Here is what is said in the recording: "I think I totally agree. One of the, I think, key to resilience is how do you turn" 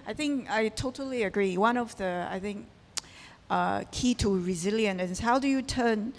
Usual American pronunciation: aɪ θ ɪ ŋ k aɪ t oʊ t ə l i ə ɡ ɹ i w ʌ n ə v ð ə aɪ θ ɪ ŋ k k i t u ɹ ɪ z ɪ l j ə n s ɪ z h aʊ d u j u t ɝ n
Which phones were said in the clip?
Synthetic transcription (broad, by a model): aɪ θ ɪ ŋ k aɪ t oʊ t ə l i ə ɡ ɹ i w ʌ n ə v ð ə aɪ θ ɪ ŋ k k i t u ɹ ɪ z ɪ l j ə n ɪ s h aʊ d u j u t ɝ n